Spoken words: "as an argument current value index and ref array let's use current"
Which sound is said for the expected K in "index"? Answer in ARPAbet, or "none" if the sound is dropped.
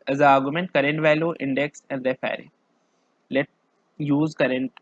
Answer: K